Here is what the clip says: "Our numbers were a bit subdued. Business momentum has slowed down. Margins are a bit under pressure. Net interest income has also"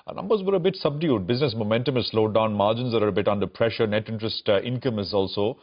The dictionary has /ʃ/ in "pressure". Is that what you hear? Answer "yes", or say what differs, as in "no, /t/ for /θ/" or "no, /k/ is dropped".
yes